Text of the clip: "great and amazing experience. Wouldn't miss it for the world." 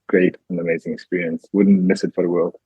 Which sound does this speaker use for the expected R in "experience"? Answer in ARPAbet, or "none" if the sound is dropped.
R